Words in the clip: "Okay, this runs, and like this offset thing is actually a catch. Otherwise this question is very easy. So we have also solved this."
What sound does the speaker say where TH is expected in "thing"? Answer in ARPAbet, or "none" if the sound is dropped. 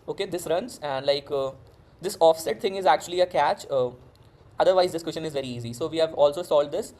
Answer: T